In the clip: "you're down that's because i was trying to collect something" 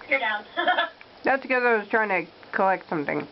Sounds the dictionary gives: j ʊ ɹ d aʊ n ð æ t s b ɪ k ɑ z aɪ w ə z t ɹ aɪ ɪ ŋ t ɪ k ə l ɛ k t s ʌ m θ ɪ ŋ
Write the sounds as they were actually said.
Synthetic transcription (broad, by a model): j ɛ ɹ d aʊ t ð æ t s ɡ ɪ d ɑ ɪ w ə z t ɹ aɪ ɪ ŋ t ɪ k ə l ɛ k t s ʌ m θ ɪ ŋ